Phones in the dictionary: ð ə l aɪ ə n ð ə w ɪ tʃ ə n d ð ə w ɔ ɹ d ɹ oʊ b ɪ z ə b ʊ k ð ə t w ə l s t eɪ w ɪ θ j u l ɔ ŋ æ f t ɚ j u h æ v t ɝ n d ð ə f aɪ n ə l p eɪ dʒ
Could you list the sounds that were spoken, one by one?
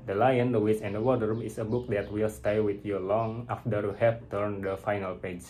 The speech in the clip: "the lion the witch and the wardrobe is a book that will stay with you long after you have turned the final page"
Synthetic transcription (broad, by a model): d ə l aɪ ə n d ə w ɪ s ə n d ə w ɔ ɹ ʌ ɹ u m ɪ s ə b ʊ k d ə t w ə l s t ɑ w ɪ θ j u l ɔ ŋ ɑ f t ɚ j u h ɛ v t ɝ n d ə f aɪ n ə l p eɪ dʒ